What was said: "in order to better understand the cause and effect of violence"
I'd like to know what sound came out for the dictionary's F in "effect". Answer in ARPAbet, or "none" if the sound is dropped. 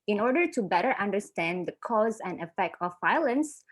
F